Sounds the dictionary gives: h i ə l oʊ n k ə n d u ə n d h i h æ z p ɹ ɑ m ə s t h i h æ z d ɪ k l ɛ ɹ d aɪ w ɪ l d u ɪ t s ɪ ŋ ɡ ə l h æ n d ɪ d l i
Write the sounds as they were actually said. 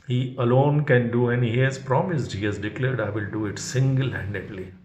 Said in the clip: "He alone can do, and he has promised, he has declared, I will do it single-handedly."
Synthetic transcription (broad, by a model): h i ə l oʊ n k ə n d u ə n i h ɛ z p ɹ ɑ m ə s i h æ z d ɪ k l ɛ ɹ d aɪ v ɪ l d u ɪ t s ɪ ŋ ɡ ə l h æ n d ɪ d l i